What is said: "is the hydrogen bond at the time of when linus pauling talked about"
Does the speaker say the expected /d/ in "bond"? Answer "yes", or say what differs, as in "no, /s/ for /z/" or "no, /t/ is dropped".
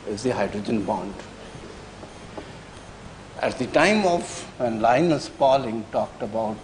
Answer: yes